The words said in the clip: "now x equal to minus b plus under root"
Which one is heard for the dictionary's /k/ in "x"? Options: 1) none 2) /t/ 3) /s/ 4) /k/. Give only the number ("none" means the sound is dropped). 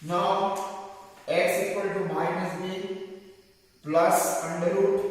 1